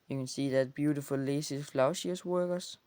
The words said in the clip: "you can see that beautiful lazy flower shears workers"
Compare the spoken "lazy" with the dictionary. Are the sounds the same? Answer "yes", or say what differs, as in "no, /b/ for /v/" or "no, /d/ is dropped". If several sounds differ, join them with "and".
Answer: no, /s/ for /z/